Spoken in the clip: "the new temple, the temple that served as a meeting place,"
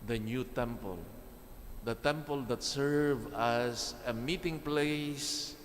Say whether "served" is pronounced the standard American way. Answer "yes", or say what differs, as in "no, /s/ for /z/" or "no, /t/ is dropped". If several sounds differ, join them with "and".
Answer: no, /d/ is dropped